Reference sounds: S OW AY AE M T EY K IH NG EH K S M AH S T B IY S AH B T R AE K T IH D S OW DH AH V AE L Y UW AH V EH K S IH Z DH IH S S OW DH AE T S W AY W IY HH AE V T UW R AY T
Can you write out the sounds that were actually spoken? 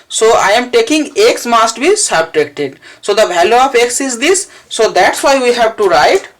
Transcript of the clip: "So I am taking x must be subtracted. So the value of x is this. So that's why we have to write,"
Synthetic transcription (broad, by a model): S OW AY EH M T EY K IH NG EH K S M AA S T B IY S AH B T R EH K T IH D S OW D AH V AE L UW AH P EH K S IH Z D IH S S OW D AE T S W AY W IY HH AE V T UW R AY T